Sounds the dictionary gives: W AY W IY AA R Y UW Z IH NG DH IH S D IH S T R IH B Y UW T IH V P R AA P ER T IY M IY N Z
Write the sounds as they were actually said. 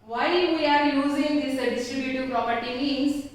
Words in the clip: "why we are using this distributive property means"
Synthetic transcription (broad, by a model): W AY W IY AA R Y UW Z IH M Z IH D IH S T R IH B Y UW T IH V P R AA P ER T IY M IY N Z